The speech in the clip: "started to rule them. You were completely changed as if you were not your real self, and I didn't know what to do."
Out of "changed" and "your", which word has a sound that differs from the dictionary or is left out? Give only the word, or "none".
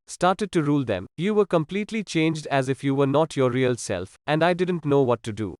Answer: none